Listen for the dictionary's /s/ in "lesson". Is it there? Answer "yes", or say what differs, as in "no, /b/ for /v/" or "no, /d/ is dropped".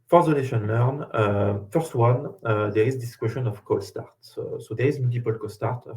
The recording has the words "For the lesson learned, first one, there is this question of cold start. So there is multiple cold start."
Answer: no, /ʃ/ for /s/